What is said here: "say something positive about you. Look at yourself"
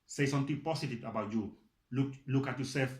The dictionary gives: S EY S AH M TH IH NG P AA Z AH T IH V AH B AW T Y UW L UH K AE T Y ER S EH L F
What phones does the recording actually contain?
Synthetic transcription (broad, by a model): S EY S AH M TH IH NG P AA S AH T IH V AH B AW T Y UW L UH K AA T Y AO S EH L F